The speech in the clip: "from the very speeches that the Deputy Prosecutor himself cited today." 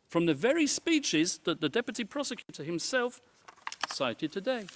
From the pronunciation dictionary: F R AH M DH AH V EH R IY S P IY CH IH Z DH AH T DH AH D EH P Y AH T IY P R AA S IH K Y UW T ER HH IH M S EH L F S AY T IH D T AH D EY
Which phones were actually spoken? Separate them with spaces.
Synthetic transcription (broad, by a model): F R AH M DH AH V EH R IY S P IY CH IH Z DH AH T DH AH D EH P Y AH T IY P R AA S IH K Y UW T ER HH IH M S EH L F S AY T IH D T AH D EY